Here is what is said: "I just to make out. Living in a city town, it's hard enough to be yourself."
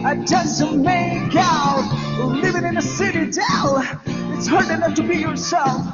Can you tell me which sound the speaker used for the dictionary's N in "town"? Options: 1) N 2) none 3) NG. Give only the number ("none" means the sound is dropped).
2